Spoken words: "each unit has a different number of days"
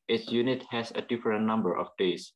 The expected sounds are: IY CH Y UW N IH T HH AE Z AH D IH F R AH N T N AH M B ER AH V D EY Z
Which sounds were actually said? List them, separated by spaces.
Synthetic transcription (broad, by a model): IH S Y UW N IH T HH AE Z AH D IH F R AH N T N AH M B ER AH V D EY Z